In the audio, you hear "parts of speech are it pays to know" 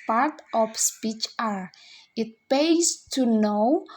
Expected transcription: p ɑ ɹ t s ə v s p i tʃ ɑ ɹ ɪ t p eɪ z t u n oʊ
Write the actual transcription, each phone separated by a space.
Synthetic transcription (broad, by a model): p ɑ ɹ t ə f s p i tʃ ɑ ɹ ɪ t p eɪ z t u n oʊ